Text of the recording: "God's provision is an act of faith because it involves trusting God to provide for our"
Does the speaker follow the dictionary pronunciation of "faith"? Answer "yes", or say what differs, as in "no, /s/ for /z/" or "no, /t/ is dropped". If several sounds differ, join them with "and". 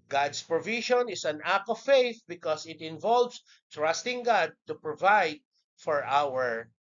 yes